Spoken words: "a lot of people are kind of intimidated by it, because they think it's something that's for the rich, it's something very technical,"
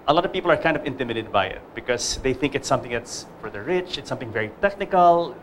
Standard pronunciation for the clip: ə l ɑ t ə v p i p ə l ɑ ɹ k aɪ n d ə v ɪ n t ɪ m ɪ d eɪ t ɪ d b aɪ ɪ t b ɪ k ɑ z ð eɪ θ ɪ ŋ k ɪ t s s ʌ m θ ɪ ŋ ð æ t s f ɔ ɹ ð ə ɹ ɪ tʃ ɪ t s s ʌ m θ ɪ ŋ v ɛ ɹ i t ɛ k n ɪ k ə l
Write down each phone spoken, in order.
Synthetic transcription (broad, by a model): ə l ɑ t ə v p i p l ɑ ɹ k aɪ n d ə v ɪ n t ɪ m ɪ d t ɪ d b aɪ ɪ t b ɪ k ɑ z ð eɪ θ ɪ ŋ k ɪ t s s ʌ m θ ɪ ŋ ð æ t s f ɔ ɹ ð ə ɹ ɪ tʃ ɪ t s s ʌ m θ ɪ ŋ v ɛ ɹ i t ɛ k n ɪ k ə l